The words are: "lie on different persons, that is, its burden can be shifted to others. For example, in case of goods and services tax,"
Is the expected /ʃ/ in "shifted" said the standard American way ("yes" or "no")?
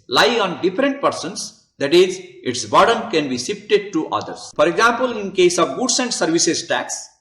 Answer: no